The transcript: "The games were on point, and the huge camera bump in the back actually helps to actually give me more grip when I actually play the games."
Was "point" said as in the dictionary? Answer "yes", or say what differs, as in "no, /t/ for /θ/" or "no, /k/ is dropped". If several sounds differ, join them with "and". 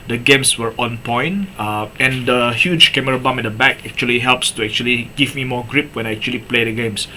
no, /t/ is dropped